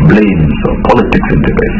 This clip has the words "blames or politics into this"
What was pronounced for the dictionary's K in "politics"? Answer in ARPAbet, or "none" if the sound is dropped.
K